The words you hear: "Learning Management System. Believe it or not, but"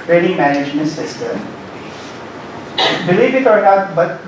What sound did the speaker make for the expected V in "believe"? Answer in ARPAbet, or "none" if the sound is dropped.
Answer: B